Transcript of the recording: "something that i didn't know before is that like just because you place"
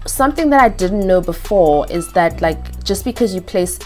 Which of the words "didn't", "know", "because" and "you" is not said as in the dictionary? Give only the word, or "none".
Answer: none